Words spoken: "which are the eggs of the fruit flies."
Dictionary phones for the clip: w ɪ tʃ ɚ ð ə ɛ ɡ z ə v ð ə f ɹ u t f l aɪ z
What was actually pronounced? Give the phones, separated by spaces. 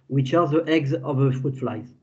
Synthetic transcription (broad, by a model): w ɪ tʃ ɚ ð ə ɛ ɡ z ə v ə f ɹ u t f l aɪ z